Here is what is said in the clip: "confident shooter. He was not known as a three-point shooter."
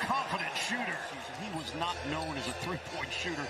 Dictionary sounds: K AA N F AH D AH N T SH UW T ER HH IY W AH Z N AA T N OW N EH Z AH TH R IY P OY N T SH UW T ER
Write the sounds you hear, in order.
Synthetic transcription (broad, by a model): K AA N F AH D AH N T SH UW T ER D IY W AH Z N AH T N OW N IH Z AH TH R IY P OY N T SH UW T ER